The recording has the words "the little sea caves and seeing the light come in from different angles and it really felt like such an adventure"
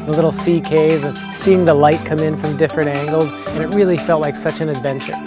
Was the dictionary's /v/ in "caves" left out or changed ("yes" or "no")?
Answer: yes